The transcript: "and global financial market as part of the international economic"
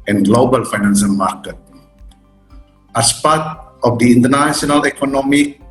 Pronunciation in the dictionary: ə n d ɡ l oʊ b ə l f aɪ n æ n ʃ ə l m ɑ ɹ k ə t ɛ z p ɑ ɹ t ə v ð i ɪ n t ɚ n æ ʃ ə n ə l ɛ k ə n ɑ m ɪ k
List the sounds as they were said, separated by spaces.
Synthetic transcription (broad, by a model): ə n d ɡ l oʊ b ə l f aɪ n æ n s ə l m ɑ ɹ k ə t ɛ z p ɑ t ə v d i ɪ n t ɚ n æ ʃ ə n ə l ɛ k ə n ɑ m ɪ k